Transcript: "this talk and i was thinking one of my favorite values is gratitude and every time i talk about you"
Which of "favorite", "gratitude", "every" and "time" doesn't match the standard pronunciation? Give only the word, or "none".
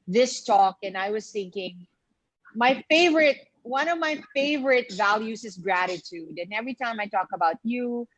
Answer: none